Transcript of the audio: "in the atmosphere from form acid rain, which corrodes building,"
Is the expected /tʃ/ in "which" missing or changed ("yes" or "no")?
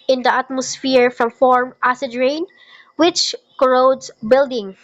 no